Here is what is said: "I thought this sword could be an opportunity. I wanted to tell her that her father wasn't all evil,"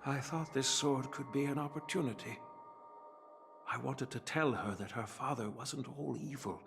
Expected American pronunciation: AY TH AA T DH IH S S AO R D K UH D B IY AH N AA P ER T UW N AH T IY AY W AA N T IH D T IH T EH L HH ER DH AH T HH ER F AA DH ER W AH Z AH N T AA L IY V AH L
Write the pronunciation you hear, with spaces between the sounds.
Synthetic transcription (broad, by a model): AY TH AA T DH IH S S AO R D K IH D B IY AH N AA P ER T UW N AH T IY AY W AA N T IH D T IH T EH L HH ER DH AH T HH ER F AA DH ER W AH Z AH N T AA L IY V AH L